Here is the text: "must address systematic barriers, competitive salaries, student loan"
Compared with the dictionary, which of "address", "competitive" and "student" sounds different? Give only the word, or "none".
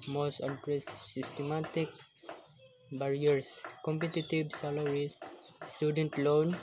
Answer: competitive